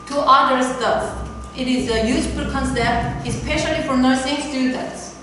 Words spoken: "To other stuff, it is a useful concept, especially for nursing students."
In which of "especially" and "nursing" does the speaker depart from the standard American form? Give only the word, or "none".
none